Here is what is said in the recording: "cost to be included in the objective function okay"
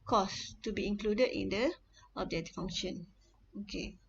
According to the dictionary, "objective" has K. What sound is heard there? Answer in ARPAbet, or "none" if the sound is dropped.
none